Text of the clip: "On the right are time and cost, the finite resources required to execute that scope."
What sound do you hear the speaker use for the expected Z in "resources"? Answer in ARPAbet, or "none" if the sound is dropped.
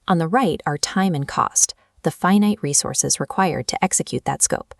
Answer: Z